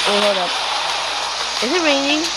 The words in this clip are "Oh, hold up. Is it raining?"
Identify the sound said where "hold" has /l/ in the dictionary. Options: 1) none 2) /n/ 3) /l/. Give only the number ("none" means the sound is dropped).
1